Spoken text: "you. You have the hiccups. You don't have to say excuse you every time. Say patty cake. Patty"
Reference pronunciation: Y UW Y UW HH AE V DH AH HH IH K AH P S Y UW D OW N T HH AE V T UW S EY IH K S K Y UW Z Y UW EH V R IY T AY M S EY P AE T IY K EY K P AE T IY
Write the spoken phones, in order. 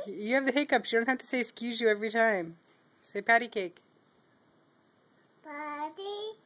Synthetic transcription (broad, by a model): Y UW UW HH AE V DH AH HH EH K AH P Y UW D OW N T HH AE F T UW S EY IH K S K Y UW Z Y UW EH V R IY T AY M S EY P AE T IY K EY K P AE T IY